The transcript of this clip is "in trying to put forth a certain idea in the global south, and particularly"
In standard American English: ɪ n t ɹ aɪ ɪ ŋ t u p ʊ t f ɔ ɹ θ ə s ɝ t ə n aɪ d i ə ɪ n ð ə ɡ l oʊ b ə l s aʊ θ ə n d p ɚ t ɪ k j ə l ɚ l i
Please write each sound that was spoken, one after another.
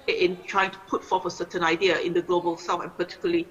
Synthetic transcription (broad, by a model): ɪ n t ɹ aɪ ɪ ŋ t u p ʊ t f ɔ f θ ə s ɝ t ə n aɪ d i ə ɪ n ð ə ɡ l oʊ b ə l s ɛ f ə n p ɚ t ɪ k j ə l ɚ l i